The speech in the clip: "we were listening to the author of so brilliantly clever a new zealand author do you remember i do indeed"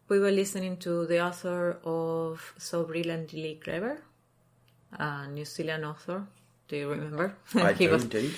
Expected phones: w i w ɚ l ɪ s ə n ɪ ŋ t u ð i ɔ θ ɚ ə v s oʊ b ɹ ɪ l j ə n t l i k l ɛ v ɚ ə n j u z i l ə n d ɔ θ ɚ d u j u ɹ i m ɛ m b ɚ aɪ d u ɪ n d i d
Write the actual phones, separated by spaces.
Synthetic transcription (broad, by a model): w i w ɚ l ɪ s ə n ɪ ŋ t u ð i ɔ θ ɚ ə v s oʊ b ɹ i l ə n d l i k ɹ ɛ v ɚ ə n j u s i l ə n ɔ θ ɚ d u j u ɹ i m ɛ m b ɚ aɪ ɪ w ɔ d